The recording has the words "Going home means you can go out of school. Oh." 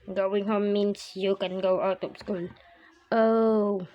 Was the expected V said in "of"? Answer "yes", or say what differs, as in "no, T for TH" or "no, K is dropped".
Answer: no, P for V